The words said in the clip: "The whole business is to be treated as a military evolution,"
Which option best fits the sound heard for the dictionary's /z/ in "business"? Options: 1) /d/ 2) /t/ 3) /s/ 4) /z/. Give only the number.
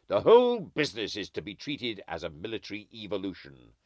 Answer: 4